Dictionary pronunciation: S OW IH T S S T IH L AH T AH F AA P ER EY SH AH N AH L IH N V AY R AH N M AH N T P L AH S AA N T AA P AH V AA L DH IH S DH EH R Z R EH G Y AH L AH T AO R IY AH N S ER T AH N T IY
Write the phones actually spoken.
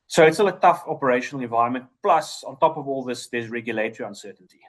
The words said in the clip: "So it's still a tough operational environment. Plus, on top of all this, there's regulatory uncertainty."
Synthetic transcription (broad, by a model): S OW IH T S S T IH L AH T AH F AA P ER EY SH AH N AH L IH N V AY R AH N M AH N T P L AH S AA N T AA P AH V AA L DH IH S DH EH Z R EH G Y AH L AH T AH R IY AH N S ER T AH N T IY